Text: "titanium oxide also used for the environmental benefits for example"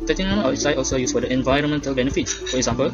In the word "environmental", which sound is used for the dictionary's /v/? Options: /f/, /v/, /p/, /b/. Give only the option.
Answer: /v/